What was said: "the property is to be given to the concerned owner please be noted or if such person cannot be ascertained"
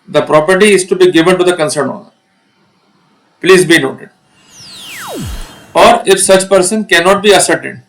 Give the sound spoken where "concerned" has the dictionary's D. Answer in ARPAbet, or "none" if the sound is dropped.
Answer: none